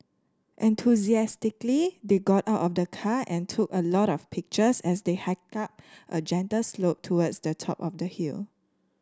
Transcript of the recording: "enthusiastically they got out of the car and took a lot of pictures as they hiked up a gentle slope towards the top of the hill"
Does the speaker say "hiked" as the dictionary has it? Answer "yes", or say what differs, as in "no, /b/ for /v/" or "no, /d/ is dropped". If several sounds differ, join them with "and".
no, /t/ is dropped